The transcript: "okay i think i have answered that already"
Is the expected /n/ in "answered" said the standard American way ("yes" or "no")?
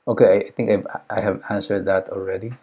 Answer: yes